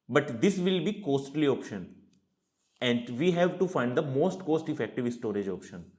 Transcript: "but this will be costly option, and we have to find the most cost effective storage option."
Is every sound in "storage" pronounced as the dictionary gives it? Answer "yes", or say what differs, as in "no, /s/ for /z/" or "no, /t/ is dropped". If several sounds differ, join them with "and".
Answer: yes